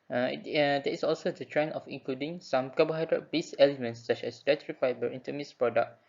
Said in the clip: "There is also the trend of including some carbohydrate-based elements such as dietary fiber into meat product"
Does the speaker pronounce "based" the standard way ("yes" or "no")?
no